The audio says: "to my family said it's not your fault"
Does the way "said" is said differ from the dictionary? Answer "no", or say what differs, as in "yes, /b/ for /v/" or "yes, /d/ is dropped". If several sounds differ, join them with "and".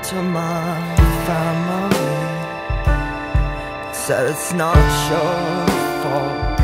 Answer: yes, /d/ is dropped